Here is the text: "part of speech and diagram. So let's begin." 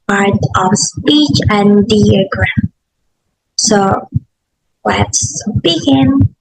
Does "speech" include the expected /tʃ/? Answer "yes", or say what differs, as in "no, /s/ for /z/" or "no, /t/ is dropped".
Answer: yes